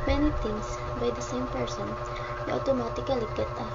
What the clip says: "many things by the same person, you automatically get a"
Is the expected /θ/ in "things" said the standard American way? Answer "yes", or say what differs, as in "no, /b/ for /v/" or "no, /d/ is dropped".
no, /t/ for /θ/